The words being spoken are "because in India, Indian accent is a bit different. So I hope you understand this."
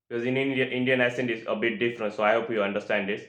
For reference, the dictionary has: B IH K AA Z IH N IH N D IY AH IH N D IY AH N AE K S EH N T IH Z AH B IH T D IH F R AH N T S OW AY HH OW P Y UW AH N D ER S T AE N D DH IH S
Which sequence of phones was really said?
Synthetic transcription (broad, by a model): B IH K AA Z IH N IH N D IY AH IH N D IY AH N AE S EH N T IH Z AH B IH T D IH F R AH N T S OW AY HH OW P Y UW AH N D ER S T AE N D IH S